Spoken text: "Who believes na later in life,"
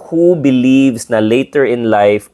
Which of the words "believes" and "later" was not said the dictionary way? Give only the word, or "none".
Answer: believes